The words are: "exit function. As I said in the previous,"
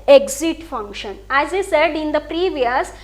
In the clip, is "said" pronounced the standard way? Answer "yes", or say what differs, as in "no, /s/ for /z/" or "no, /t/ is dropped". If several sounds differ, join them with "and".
yes